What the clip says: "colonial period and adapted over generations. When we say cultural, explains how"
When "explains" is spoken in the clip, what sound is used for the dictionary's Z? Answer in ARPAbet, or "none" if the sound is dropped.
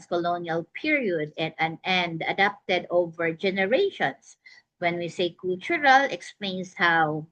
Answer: S